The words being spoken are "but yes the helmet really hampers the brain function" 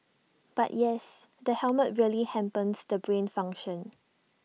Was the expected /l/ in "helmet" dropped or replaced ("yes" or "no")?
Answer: no